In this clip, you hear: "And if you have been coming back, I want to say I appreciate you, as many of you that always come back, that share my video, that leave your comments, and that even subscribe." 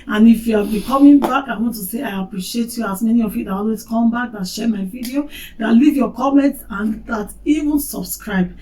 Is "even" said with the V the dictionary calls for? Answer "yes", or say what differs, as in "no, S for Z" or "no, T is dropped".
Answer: yes